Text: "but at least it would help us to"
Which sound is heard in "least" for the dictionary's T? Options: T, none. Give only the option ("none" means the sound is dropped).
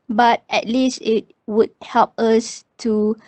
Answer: T